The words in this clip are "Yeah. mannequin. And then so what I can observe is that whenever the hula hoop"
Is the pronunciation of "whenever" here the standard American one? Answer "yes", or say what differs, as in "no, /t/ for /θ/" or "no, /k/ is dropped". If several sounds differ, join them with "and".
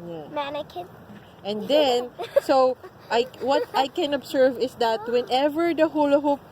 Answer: yes